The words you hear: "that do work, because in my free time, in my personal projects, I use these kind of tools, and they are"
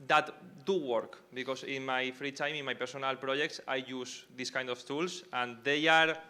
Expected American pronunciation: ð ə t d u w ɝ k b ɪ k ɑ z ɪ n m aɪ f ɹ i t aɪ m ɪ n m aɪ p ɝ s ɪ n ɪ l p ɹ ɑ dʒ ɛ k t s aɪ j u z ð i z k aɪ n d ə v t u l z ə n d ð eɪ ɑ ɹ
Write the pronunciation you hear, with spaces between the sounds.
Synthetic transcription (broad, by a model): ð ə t d u w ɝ k b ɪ k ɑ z ɪ n m aɪ f ɹ i t aɪ m ɪ n m aɪ p ɝ s ɪ n ɪ l p ɹ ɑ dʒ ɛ k t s aɪ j u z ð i s k aɪ n d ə f t u l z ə n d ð eɪ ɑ ɹ